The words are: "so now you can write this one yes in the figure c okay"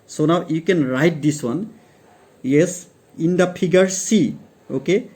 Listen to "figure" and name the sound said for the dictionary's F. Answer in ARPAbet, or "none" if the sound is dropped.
P